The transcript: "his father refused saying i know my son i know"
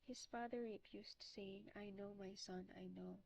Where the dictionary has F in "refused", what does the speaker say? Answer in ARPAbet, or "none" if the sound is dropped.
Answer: P